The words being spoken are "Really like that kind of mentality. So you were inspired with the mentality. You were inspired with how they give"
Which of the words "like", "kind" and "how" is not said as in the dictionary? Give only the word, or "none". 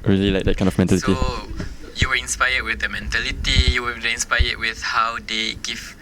kind